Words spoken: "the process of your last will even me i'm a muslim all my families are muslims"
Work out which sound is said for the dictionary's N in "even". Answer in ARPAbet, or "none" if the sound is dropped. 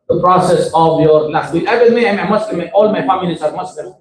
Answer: L